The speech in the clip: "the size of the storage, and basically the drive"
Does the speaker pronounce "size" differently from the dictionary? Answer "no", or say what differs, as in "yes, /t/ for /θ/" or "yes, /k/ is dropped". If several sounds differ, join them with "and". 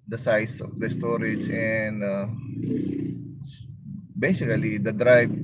yes, /s/ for /z/